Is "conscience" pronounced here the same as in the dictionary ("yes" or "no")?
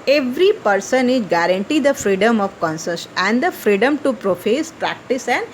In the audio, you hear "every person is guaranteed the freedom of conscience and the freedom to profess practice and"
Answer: no